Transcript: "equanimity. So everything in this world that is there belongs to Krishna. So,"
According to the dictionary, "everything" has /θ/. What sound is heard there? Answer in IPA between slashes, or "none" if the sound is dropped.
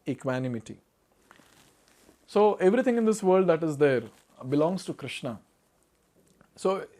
/t/